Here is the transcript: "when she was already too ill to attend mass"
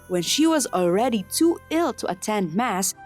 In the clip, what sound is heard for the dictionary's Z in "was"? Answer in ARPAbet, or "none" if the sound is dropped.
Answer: Z